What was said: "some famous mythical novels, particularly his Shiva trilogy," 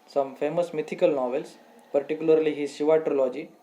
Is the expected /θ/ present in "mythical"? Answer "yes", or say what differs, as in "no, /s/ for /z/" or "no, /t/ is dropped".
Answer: no, /t/ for /θ/